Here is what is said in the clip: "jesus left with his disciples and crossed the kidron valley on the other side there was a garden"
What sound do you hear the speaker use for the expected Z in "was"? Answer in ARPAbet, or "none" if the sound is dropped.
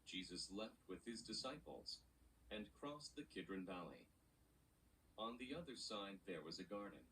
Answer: Z